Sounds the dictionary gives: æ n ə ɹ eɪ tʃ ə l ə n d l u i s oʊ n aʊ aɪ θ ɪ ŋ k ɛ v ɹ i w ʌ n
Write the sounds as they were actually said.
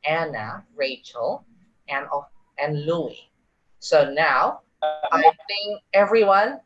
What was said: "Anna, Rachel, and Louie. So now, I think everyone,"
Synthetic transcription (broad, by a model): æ n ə ɹ eɪ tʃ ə l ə n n l u i s oʊ n aʊ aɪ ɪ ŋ ɛ v ɹ i w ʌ n